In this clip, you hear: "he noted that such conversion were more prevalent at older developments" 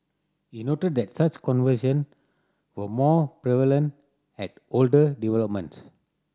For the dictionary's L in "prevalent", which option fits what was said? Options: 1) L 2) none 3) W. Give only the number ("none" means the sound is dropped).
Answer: 1